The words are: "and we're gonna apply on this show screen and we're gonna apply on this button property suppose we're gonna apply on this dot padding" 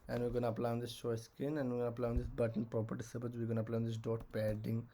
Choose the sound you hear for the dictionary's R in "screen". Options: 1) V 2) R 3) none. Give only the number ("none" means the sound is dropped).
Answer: 3